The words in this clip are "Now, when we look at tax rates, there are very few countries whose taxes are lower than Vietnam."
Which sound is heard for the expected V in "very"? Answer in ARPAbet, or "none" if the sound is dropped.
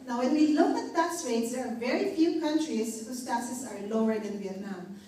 V